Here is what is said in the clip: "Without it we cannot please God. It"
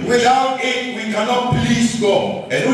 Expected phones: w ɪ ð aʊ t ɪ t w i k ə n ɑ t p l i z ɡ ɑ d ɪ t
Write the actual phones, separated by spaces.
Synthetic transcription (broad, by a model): w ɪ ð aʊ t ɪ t w i k ə n ɑ t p l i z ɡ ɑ ɪ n